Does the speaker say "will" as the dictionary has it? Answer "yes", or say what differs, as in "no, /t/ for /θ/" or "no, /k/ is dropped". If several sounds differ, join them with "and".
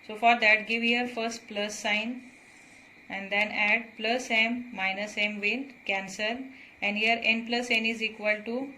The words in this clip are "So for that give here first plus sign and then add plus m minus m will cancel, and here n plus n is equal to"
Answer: no, /n/ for /l/